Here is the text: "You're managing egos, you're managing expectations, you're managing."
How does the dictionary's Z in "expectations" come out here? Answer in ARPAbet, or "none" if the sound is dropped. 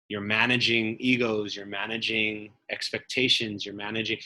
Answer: Z